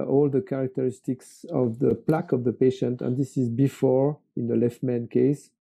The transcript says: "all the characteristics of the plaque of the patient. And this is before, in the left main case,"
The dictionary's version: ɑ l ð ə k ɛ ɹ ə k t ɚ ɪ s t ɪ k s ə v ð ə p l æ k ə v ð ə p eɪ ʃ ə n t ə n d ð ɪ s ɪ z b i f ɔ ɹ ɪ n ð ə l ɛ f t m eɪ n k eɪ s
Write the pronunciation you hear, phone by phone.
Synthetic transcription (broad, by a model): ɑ l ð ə k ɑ ɹ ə k t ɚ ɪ s t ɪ k s ə v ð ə p l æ k ə v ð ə p eɪ ʃ ə n t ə n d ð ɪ s ɪ z b i f ɔ ɹ ɪ n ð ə l ɛ f t m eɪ n k eɪ s